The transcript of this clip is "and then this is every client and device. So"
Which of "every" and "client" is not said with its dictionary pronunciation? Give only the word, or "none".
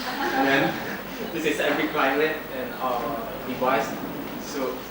client